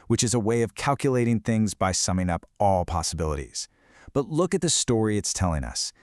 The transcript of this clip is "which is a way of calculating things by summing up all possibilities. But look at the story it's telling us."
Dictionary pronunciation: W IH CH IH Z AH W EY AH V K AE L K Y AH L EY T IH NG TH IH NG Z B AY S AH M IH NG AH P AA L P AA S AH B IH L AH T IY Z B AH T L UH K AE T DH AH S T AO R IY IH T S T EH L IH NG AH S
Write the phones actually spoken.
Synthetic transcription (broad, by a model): W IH CH IH Z AH W EY AH V K AE L K Y AH L EY T IH NG TH IH NG Z B AY S AH M IH NG AH P AA L P AA S AH B IH L AH T IY Z B AH T L UH K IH T DH AH S T AO R IY IH T S T EH L IH NG AH S